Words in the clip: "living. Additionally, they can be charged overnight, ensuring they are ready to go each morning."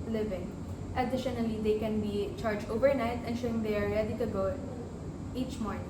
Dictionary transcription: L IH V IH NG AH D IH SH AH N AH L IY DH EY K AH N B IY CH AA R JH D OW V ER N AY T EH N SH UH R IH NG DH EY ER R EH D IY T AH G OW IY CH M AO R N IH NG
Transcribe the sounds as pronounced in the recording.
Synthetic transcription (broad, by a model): L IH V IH NG AH D IH SH AH N AH L IY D EY K AH N B IY CH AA R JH OW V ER N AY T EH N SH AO IH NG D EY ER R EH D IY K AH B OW IY CH M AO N